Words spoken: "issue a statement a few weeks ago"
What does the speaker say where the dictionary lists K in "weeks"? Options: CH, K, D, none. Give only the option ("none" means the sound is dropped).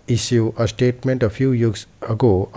none